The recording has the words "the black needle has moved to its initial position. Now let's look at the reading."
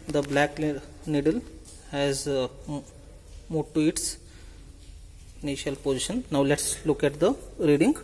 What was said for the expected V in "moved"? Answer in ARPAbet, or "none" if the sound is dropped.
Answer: none